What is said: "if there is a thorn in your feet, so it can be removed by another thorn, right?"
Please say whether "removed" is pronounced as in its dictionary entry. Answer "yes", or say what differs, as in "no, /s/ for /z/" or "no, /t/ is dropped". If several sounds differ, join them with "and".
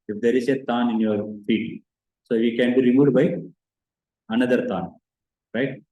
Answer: no, /v/ is dropped